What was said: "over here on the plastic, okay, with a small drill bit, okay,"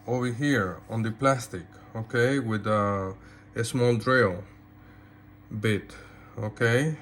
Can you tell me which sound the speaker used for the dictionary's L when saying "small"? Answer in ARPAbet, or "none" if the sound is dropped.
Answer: L